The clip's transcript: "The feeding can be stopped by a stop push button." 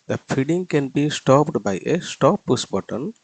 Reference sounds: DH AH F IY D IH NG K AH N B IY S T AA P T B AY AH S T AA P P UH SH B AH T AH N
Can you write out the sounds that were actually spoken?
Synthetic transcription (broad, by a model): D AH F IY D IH NG K AH N B IY S T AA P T B AY AH S T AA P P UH S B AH T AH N